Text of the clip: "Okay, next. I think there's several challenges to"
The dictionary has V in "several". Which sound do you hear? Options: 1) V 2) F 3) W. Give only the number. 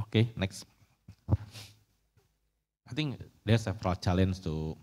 2